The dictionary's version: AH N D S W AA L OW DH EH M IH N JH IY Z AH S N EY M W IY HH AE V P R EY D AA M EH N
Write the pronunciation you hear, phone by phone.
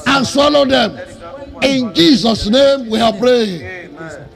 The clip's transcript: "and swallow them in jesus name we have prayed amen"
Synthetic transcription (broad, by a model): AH N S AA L OW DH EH M IH N JH IY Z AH S N EY M W IY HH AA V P R EY AA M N